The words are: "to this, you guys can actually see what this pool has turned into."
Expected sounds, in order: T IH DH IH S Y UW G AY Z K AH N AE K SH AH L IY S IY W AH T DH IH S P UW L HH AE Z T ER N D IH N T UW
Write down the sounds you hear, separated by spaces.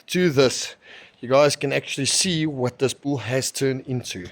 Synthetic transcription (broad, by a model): T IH DH IH S Y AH G AY Z K AH N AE K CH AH L IY S IY W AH T DH IH S B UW L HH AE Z T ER N D IH N T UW